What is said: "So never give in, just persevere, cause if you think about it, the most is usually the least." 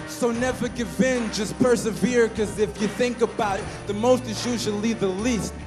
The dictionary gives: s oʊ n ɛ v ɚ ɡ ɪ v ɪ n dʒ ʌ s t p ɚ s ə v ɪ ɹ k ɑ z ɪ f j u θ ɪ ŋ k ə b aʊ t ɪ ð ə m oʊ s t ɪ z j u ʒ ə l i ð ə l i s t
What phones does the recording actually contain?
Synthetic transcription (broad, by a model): s oʊ n ɛ v ɚ ɡ ɪ v ɪ n dʒ ʌ s p ɚ s ə v ɪ ɹ k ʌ z ɪ f j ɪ θ ɪ ŋ k ə b aʊ t ð ə m oʊ s t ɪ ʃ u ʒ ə l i ð ə l i s t